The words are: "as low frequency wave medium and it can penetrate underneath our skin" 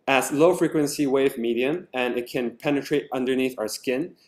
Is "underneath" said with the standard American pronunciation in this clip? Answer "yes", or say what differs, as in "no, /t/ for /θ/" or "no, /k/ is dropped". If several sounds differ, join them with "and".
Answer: yes